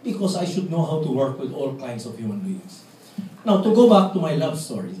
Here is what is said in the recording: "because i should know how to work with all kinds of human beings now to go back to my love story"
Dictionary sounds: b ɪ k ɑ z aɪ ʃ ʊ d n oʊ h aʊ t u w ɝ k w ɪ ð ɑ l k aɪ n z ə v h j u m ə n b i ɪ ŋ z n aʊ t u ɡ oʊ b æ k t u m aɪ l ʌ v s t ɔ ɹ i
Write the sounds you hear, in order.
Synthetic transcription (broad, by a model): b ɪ k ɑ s aɪ ʃ ʊ d n oʊ h aʊ t u w ɝ k w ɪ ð ɑ l k aɪ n s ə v h j u m ə n b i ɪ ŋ s n aʊ t u ɡ oʊ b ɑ k t u m aɪ l ʌ v s t ɔ ɹ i